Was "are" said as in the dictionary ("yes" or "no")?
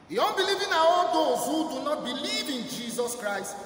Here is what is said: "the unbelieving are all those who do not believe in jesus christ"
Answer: no